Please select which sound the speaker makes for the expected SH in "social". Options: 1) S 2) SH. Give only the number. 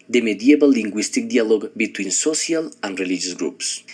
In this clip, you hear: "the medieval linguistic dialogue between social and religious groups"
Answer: 1